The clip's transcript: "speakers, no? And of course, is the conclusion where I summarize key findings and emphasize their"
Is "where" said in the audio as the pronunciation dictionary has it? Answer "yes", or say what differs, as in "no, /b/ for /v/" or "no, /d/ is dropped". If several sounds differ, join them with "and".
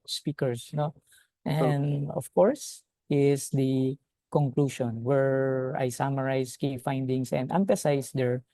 yes